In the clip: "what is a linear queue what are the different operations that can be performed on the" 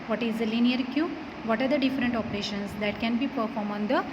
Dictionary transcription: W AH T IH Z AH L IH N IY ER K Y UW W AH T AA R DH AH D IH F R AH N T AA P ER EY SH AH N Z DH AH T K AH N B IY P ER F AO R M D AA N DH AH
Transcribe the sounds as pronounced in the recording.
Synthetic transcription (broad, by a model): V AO T IH Z AH L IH N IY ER K Y UW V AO T AA R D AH D IH F R AH N T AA P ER EY SH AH N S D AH T K AH N B IY P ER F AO R M AA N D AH